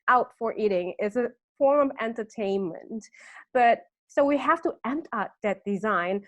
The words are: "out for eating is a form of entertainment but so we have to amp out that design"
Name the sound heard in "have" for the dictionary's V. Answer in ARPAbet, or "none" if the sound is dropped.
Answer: F